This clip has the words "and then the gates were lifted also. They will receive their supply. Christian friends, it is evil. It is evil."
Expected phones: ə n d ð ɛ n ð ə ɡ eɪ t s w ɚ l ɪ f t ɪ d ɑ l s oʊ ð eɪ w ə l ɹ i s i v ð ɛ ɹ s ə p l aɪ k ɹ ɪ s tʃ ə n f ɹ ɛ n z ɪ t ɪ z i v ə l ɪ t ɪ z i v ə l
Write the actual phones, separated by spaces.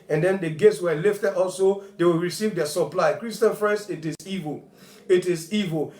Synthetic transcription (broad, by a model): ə n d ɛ n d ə ɡ eɪ t s w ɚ l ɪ f t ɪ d ɑ l s oʊ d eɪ w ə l ɹ i s i v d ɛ s ə p l aɪ k ɹ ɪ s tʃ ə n f ɹ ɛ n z ɪ t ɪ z i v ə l ɪ t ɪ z i v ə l